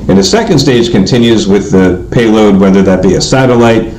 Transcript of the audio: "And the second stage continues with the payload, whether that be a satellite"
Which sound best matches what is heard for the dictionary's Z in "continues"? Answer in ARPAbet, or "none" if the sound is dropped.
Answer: Z